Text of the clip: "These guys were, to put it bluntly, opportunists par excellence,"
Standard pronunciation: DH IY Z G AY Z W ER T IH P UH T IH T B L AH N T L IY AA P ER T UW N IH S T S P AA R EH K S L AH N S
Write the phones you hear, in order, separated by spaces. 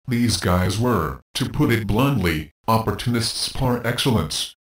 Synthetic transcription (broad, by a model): DH IY Z G AY Z W ER T IH P UH T IH T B L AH N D L IY AA P ER T UW N IH S T S P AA R EH K S L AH N S